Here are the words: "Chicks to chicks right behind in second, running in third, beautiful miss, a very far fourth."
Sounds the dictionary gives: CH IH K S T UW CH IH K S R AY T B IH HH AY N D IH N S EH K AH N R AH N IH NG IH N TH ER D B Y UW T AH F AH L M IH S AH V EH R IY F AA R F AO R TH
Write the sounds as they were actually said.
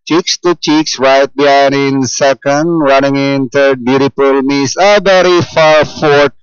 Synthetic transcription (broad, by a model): CH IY K S T UW CH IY K S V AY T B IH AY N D IH N S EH K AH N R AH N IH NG IH N T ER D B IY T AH P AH L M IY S AH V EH R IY F AA R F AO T